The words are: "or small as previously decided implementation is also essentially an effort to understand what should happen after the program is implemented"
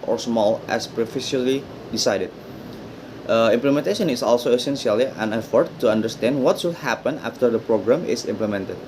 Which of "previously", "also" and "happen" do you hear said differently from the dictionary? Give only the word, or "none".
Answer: previously